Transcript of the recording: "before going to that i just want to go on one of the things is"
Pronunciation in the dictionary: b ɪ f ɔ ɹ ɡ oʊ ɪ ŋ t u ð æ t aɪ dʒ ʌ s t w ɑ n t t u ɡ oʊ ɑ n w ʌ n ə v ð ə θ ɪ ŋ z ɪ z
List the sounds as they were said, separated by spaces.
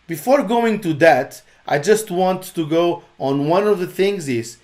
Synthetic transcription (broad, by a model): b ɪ f ɔ ɹ ɡ oʊ ɪ ŋ t u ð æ t aɪ dʒ ʌ s t w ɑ n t t u ɡ oʊ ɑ n w ʌ n ə v ð ə θ ɪ ŋ z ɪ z